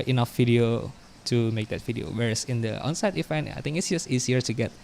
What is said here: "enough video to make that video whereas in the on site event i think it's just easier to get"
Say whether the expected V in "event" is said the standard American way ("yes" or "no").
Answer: no